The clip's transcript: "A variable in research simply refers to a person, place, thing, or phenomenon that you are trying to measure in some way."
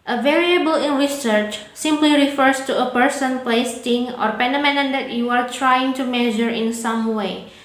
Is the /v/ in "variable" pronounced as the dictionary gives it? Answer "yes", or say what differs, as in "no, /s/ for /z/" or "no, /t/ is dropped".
yes